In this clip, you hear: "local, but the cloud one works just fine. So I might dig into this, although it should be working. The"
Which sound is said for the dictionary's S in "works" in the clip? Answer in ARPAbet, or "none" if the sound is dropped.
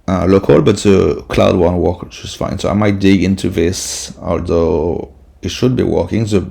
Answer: none